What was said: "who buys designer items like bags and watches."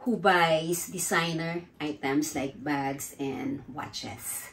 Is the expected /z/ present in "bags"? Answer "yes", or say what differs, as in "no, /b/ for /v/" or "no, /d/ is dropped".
no, /s/ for /z/